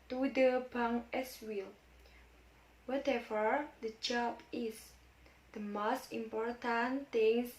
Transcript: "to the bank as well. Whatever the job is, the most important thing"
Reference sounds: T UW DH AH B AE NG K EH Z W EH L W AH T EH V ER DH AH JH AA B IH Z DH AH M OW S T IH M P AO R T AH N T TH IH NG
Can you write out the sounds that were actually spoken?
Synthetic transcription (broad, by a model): T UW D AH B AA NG EH S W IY L W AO T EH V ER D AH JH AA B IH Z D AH M OW S T IH M P AO R T AH N T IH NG